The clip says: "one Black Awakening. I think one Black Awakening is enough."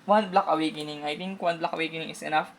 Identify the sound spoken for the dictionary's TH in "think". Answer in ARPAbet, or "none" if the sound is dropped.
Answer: T